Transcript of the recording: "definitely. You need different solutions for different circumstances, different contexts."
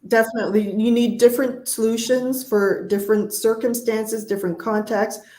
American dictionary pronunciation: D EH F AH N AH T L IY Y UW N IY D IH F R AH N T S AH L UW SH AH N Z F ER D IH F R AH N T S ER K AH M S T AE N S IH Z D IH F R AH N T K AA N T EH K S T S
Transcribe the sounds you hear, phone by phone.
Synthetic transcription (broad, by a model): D EH F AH N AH T L IY Y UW N IY D IH F R AH N T S AH L UW SH AH N Z F ER D IH F R AH N T S ER K AH M S T AE N S IH Z D IH F R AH N K AA N T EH K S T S